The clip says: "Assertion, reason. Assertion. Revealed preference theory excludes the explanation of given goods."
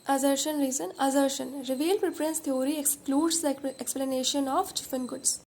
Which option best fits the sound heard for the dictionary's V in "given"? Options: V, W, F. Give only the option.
F